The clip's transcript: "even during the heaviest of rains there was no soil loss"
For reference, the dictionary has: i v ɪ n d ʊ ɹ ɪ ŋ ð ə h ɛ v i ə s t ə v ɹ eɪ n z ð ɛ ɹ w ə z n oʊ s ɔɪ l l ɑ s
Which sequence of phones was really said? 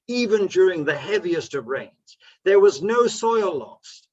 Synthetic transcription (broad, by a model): i v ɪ n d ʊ ɹ ɪ ŋ ð ə h ɛ v i ə s t ə v ɹ eɪ n z ð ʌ ɹ w ə z n oʊ s ɔɪ l l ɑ s